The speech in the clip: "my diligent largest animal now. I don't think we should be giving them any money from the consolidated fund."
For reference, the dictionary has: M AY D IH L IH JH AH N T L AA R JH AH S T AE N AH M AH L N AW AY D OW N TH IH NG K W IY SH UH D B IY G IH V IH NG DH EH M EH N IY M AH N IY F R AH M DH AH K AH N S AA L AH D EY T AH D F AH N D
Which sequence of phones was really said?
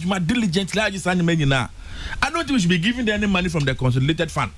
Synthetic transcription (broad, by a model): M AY D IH L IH JH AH N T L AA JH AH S AA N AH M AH N N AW AY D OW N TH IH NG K W IY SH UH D B IY G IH V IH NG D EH EH N IY M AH N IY F R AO M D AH K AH N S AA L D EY T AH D F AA N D